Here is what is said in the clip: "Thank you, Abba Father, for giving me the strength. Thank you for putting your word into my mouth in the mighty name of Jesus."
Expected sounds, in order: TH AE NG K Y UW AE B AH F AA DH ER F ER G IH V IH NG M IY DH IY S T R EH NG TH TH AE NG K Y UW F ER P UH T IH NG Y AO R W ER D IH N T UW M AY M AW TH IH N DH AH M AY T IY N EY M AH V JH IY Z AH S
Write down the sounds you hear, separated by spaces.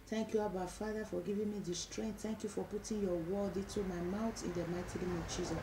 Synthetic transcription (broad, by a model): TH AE NG K Y UW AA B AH F AA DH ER F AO G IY V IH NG M IY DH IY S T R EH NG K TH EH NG K Y UW F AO P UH T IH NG Y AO W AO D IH T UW M AY M AW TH IH N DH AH M AY T IY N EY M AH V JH IY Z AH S